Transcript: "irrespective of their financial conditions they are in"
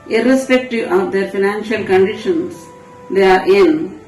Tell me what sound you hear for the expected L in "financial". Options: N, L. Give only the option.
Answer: L